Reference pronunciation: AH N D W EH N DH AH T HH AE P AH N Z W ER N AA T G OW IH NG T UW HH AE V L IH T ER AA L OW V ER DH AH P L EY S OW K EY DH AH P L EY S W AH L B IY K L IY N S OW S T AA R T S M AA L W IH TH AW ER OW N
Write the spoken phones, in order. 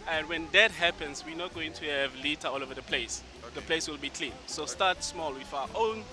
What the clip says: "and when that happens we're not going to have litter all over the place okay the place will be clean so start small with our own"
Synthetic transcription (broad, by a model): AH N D W EH N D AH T HH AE P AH N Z W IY N AA T G OW IH NG T UW HH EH V L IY T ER AA L OW V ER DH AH P L EY S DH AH P L EY S W AH L B IY K L IY N S OW S T AA T S M AA L W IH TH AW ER OW N